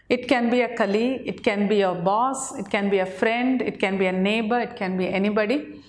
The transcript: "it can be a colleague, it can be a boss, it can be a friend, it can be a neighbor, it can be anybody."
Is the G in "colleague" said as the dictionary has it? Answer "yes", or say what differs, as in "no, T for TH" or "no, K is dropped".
no, G is dropped